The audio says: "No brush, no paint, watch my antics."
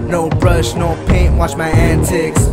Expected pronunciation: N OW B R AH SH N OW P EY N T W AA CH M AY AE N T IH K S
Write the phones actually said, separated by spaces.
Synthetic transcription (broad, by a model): N OW B R AH SH N OW P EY N W AA CH M AY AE N T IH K S